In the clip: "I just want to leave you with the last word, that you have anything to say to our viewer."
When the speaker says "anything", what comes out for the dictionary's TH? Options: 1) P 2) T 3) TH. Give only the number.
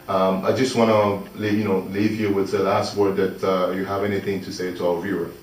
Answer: 3